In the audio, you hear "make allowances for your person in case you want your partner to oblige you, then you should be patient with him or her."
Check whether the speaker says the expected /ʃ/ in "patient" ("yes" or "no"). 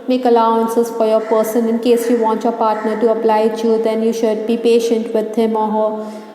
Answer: yes